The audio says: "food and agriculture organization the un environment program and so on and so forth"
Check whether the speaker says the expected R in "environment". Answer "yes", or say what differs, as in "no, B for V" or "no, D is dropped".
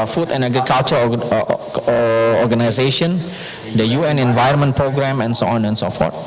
no, R is dropped